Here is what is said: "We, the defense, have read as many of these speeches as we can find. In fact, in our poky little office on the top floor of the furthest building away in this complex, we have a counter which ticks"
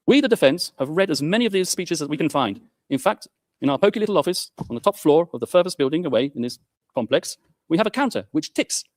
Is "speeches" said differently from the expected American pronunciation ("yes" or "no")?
no